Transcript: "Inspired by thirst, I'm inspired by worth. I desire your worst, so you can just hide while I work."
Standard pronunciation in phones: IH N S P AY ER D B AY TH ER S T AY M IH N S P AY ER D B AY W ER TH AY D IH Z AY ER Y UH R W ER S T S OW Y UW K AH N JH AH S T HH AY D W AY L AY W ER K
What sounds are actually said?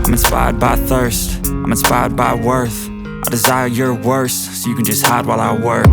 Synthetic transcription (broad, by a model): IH N S P AY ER D B AY TH ER S T AY M IH N S P AY ER D B AY W ER TH AY D IH Z AY ER Y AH R W ER S S OW Y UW K AH N JH AH S T HH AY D W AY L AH W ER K